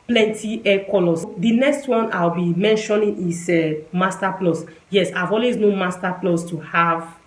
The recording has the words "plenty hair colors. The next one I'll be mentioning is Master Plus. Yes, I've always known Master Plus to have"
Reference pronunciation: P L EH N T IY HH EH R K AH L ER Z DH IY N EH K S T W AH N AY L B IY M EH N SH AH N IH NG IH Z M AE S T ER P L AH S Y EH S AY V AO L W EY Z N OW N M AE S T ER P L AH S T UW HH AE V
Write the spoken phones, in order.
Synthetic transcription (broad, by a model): P L EH N T IY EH K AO L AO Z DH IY N EH K S T W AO N AY W B IY M EH N SH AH N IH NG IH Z M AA S T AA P L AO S Y EH S AY V AO L W EY Z N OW M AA S T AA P L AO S T UW HH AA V